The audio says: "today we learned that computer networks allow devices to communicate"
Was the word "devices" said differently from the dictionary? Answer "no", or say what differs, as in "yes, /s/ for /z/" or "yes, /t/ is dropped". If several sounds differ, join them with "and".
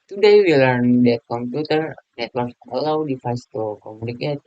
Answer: yes, /f/ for /v/